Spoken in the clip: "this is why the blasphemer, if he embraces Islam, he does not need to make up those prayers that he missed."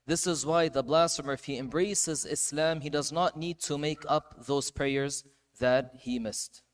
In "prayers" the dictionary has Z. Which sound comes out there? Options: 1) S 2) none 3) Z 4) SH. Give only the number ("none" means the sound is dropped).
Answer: 3